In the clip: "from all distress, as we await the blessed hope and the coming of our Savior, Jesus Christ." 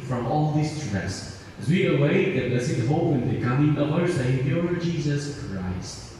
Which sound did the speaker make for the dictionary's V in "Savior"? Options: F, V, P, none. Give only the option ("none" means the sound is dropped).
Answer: P